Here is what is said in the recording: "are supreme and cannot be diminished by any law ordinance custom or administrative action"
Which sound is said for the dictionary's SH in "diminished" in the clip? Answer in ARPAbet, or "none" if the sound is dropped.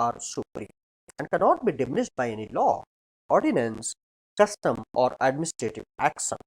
S